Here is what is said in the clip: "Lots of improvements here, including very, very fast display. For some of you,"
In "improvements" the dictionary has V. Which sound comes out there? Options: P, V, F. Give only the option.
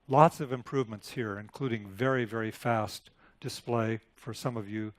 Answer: V